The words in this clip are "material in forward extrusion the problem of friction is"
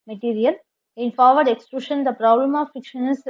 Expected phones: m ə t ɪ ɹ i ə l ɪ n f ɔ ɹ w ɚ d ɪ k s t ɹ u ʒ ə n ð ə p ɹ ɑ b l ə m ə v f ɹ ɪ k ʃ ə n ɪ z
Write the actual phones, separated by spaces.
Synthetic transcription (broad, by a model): m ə t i ɹ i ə l ɪ n f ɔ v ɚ d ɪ k s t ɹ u ʃ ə n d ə p ɹ ɑ b l ə m ə v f ɪ k ʃ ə n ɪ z